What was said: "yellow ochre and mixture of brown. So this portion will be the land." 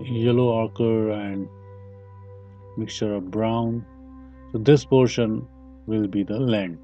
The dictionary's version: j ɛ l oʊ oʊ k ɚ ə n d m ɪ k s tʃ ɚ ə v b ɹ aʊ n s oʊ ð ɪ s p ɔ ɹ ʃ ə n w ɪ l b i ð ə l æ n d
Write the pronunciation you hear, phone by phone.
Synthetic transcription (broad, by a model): j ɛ l oʊ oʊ k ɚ ə n d m ɪ k s tʃ ɚ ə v b ɹ aʊ n s oʊ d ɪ s p ɔ ɹ ʃ ə n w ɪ l b i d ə l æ n d